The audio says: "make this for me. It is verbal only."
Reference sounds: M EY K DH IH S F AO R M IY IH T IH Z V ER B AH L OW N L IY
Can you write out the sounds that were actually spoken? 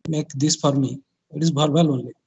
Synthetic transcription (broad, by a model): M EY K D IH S P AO R M IY IH T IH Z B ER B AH L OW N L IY